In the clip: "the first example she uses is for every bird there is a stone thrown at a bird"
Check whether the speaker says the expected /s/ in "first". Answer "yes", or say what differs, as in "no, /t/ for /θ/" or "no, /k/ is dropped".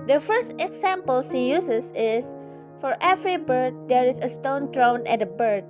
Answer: yes